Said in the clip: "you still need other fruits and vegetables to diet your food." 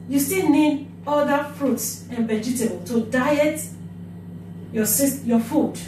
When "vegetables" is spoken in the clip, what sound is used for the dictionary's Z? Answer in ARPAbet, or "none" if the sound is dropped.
none